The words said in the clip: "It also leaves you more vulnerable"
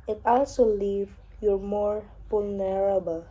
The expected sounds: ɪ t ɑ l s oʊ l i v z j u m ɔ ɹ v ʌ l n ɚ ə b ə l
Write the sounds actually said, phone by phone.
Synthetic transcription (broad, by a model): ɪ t ɑ l s oʊ l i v j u m ɔ ɹ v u l n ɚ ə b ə l